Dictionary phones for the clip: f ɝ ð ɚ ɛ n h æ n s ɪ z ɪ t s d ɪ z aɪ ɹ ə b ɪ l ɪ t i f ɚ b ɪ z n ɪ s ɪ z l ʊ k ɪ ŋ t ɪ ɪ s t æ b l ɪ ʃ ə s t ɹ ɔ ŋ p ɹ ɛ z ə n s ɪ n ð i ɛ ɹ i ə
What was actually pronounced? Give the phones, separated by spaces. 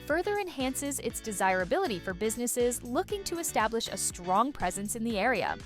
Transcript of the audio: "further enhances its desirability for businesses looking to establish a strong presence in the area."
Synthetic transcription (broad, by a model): f ɝ ð ɚ ɛ n h æ n s ɪ z ɪ t s d ɪ z aɪ ɹ ə b ɪ l ɪ t i f ɚ b ɪ z n ɪ s ɪ z l ʊ k ɪ ŋ t ɪ ɪ s t æ b l ɪ ʃ ə s t ɹ ɔ ŋ p ɹ ɛ z ə n s ɪ n ð i ɛ ɹ i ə